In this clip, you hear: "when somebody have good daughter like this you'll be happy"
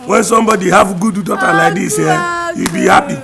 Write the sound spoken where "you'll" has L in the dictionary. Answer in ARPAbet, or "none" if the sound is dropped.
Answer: W